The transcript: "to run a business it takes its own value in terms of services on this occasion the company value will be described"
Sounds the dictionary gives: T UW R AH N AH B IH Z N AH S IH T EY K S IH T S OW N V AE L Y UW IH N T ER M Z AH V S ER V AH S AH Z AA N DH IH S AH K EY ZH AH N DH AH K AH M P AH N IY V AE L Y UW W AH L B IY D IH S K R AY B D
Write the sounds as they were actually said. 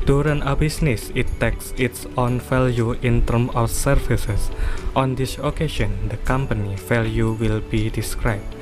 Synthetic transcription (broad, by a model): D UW R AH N AH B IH S N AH S IH T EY K S IH T S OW N F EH L Y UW IH N T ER M AH F S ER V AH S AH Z AA N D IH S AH K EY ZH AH N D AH K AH M P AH N IY F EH L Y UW W AH L B IY D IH S K R AY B